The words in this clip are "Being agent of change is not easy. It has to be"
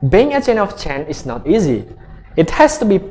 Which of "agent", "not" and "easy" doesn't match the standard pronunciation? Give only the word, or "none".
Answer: agent